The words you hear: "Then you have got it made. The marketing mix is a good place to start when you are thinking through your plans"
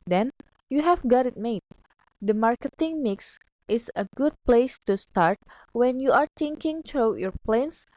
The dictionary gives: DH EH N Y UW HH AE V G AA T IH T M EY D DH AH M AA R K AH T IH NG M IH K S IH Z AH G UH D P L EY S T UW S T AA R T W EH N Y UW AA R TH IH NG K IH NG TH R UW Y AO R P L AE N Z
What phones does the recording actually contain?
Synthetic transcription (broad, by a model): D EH N Y UW HH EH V G AA T IH T M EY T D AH M AA R K AH T IH NG M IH K S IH S AH G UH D P L EY S T UW S T AA R T W EH N Y UW AA R T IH NG K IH NG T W Y AO R P L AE N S